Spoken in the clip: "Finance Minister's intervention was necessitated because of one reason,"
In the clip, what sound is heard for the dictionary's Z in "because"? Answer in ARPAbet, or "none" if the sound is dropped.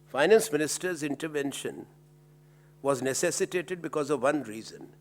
Z